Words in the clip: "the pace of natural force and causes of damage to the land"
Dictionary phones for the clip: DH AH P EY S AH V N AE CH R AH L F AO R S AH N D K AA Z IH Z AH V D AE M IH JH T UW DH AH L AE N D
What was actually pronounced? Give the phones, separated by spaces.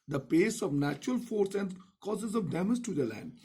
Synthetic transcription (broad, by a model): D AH P EY S AH V N AE CH R AH L F AO R S AH N D K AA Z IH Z AH V D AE M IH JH T UW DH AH L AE N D